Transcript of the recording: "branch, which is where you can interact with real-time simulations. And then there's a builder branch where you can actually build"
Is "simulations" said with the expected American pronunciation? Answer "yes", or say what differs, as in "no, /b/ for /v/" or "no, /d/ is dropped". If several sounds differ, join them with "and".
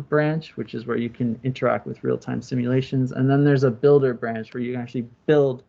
yes